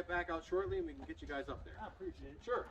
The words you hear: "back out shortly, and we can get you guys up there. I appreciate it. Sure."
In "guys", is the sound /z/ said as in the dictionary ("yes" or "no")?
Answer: yes